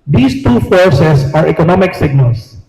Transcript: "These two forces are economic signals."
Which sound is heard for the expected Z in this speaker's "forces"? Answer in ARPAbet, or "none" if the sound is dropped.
S